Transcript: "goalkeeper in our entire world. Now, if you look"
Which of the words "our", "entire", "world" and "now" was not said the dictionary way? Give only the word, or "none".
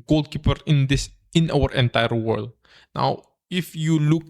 none